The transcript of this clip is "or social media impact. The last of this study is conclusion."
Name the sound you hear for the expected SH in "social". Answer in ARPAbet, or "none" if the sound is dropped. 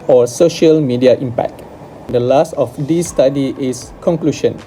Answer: SH